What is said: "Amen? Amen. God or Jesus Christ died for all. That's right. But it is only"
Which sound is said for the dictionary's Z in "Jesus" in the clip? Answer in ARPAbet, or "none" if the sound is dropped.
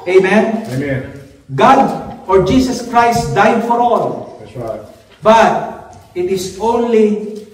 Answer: S